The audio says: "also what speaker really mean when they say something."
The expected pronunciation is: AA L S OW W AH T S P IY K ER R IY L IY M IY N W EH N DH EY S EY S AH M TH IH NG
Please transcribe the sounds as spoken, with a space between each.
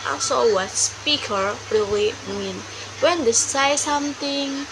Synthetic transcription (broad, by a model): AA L S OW W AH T S P IY K ER R IY L IY M IY N W EH N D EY S EY S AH M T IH NG